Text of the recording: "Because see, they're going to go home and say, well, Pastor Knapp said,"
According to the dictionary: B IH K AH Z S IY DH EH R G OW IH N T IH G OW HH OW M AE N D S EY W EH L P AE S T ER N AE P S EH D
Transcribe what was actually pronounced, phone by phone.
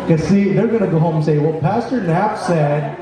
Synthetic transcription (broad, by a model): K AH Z S IY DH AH R G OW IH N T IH G OW HH OW M N S EY W EH L P AE S T ER N AE P S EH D